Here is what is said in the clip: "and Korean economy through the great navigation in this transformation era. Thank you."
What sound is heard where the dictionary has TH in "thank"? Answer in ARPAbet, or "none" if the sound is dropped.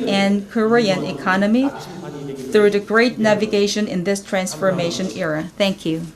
TH